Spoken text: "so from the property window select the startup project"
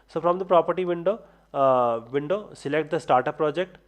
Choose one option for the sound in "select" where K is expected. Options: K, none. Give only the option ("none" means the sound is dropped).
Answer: K